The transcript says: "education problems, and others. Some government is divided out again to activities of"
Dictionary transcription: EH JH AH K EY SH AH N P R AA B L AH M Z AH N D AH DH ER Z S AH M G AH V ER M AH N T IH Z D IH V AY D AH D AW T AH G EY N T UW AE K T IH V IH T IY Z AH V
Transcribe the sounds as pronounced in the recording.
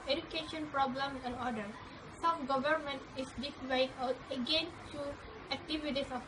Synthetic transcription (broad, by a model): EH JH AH K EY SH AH N P R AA B L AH M AH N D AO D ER S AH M G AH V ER M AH N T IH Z D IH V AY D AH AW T AH G EY N T UW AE K T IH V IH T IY S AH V